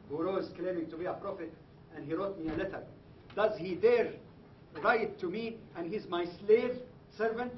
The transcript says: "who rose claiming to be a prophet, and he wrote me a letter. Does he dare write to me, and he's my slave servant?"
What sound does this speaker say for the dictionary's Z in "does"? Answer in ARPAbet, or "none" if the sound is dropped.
Z